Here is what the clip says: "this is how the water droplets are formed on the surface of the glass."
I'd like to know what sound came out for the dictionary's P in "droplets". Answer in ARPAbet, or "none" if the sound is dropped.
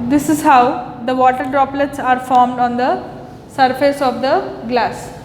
P